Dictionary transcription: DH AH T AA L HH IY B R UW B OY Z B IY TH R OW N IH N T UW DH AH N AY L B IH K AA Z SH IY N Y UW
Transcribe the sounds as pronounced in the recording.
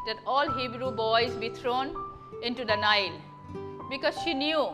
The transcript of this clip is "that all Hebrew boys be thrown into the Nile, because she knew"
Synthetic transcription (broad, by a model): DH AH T AA L HH IY B R UW B OY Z B IY T R OW N IH N T UW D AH N AY L B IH K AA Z SH IY N Y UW